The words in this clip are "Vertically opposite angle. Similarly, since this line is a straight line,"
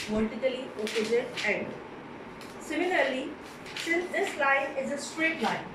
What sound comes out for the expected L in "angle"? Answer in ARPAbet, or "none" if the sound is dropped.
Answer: N